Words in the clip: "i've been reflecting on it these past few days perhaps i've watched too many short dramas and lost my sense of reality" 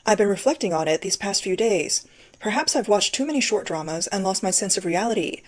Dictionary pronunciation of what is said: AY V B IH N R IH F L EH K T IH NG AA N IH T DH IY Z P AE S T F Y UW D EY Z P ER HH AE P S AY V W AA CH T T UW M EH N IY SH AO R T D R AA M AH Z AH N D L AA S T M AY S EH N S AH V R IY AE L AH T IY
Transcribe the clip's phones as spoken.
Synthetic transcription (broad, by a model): AY V B IH N R IH F L EH K T IH NG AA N IH T DH IY Z P AE S T F Y UW D EY Z P ER HH AE P S AY V W AA CH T T UW M EH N IY SH AO R T D R AA M AH Z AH N L AA S T M AY S EH N S AH V R IY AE L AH T IY